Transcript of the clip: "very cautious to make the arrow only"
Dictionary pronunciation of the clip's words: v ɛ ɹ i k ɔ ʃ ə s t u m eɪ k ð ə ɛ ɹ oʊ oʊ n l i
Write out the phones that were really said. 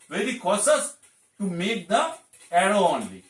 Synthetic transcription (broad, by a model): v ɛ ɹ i k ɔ s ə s t u m eɪ k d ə ɛ ɹ oʊ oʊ n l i